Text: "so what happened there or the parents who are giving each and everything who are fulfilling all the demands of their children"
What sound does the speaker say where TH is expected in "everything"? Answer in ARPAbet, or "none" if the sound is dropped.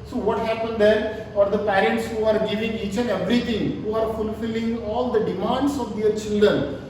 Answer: T